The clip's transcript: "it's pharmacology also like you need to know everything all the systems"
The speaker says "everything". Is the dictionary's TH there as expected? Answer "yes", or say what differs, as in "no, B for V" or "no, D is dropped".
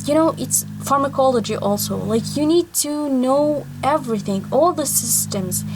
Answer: yes